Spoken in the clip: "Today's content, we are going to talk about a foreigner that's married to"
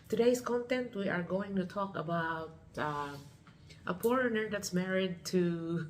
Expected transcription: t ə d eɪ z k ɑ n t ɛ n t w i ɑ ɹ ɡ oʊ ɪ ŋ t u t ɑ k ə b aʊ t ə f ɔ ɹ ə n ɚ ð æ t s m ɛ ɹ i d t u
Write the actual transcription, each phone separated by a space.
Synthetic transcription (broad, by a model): t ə d eɪ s k ɑ n t ɛ n t w i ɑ ɹ ɡ oʊ ɪ ŋ t u t ɑ k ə b aʊ t ə p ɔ ɹ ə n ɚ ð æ t s m ɛ ɹ i d t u